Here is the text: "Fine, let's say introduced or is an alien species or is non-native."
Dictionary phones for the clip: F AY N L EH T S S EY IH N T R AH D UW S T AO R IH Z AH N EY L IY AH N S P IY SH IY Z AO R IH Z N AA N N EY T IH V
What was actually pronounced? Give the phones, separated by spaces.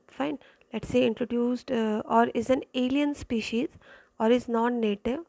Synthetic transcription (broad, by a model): F AY N L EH T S S EY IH N T R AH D UW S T AO R IH Z AH N EY L IY AH N S P IY SH IY Z AO R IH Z N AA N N EY T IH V